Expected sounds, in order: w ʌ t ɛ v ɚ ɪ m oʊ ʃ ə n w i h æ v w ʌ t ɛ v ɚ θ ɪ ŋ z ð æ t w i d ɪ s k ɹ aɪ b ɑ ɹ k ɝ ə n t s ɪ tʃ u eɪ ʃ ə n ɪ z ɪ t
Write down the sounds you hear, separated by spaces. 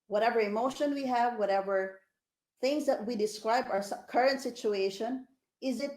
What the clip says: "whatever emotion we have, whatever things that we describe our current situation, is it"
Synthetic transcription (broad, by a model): w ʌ t ɛ v ɚ ɪ m oʊ ʃ ə n w i h æ v w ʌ t ɛ v ɚ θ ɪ ŋ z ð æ t w i d ɪ s k ɹ aɪ b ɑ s k ɝ ə n t s ɪ tʃ u eɪ ʃ ə n ɪ z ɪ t